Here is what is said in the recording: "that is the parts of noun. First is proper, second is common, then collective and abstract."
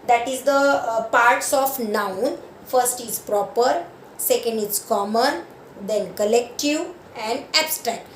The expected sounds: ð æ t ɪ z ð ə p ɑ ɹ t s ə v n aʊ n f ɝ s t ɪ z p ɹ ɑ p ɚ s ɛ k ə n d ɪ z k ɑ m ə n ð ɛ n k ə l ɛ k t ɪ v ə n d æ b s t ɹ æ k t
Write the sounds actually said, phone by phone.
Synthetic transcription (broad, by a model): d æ t ɪ z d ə p ɑ ɹ t s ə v n aʊ n f ɝ s t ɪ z p ɹ ɑ p ɚ s ɛ k ə n d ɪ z k ɑ m ə n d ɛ n k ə l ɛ k t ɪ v ə n d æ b s t ɹ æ k t